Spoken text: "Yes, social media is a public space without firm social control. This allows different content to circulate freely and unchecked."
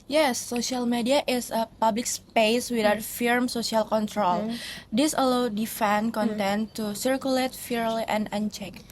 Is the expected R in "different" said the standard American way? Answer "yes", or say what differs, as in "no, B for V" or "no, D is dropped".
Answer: no, R is dropped